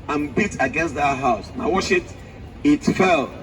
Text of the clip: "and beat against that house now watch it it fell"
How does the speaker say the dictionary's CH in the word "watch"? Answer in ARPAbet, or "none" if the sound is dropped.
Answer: SH